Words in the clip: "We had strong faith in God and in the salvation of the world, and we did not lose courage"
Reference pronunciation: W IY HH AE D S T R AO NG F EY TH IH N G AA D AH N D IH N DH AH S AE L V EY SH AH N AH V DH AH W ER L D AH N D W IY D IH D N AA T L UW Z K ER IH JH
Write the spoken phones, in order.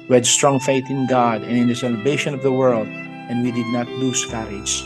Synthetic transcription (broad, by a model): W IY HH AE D S T R AO NG F EY TH IH N G AA D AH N IH N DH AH S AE L V EY SH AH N AH V DH AH W ER L D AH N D W IY D IH D N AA T L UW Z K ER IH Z